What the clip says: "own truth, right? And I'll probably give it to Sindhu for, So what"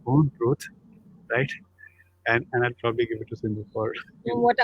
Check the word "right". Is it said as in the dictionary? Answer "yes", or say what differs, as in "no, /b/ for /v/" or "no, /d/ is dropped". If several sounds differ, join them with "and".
yes